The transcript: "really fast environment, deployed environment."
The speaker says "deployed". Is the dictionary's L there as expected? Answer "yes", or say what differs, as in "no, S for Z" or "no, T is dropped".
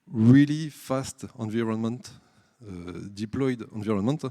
yes